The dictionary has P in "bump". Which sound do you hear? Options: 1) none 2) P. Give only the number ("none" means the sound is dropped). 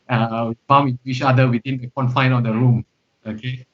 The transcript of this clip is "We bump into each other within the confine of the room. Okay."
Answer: 1